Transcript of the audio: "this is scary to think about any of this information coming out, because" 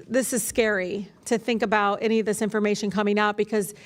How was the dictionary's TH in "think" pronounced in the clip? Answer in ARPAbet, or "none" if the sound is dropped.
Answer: TH